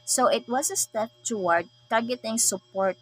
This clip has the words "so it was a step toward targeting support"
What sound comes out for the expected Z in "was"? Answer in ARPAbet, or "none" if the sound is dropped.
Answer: S